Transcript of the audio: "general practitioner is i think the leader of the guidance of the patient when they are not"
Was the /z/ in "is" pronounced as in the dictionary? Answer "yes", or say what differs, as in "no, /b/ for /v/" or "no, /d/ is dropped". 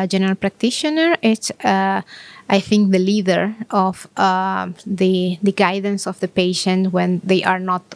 no, /s/ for /z/